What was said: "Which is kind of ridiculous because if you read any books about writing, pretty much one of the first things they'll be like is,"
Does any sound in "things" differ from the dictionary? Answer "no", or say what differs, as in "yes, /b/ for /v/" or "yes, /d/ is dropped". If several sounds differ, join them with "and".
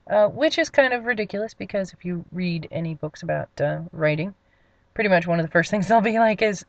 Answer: no